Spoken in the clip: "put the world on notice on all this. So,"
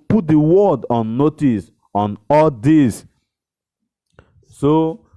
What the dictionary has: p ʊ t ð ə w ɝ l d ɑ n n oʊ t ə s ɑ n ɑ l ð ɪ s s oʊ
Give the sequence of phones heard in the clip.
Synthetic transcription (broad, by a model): p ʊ t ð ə w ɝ d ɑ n n oʊ t ə s ɑ n ɑ l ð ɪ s s oʊ